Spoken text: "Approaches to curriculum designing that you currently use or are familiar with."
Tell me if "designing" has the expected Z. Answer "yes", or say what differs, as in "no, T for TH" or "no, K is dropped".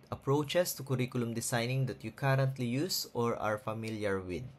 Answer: no, S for Z